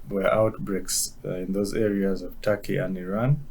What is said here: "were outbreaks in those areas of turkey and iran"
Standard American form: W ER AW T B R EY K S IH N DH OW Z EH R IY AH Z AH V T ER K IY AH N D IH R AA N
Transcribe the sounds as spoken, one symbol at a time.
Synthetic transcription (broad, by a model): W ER AW T B R EY K S IH N DH OW Z EH R IY AH Z AH V T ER K IY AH N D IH R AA N